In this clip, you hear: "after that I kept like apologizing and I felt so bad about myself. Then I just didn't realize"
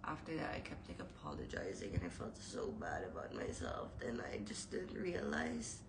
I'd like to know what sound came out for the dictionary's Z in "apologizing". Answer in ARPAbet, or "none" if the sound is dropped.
Z